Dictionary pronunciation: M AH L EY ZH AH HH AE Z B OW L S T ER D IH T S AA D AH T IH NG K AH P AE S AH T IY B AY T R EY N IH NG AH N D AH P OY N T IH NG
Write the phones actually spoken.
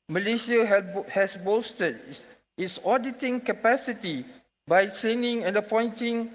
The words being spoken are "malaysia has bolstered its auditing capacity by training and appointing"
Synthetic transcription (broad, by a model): M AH L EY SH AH HH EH S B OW S T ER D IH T S AA D AH T IH NG K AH P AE S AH T IY B AY T R EY N IH NG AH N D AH P OY N T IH NG